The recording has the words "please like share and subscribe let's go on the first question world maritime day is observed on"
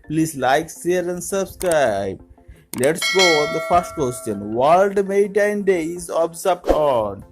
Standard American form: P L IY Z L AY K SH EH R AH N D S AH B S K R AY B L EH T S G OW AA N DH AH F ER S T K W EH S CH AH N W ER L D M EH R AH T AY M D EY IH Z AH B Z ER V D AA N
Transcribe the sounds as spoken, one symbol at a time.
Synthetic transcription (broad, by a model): P L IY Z L AY K S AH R AH N D S AH B S K R AY B L EH T S G OW AA N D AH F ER S T K W EH S CH AH N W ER L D M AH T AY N D EY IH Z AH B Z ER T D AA N